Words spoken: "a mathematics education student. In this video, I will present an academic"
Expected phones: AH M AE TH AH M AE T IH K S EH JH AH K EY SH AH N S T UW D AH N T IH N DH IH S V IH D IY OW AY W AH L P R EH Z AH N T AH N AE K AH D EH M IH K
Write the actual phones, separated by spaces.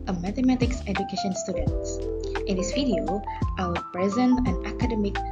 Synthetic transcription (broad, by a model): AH M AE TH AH M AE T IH K S EH JH AH K EY SH AH N S T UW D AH N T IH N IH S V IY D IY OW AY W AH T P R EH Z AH N AH N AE K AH D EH M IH K